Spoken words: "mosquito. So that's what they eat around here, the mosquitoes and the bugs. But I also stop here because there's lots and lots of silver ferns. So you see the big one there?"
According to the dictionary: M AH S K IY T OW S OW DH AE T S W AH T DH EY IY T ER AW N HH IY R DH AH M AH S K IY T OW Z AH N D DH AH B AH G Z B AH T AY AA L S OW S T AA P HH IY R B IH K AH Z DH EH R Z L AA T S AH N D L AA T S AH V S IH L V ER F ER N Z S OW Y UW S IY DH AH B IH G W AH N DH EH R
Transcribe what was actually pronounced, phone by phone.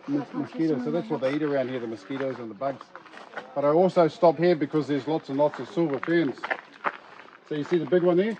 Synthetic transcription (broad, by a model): M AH S K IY T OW S OW DH AE T S W AH T DH EY IY T ER AW N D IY R DH AH M AH S K IY T OW Z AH N DH AH B AH G Z B AH T AY AA L S OW S T AA P HH IY R B IH K AH Z DH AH R Z L AA T S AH N L AA T S AH V S IH L V ER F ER N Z S OW Y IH S IY DH AH B IH G W AH N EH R